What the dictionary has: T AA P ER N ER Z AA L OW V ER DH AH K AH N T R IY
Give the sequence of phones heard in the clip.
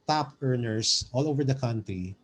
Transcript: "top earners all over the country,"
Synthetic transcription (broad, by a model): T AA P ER N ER S AA L OW V ER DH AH K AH N T R IY